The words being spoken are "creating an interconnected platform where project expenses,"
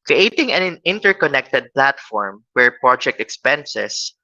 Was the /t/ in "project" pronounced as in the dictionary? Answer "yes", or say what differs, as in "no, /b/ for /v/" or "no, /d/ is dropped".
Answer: yes